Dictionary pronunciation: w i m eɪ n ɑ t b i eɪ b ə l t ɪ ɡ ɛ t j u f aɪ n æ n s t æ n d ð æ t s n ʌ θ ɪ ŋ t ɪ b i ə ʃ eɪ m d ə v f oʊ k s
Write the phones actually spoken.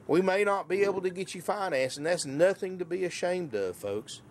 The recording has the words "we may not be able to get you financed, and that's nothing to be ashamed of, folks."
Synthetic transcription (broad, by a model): w i m eɪ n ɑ t b i eɪ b l t ɪ ɡ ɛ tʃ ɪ f aɪ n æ n s n ð æ t s n ʌ θ ɪ ŋ t ɪ b i ə ʃ eɪ m d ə f oʊ k s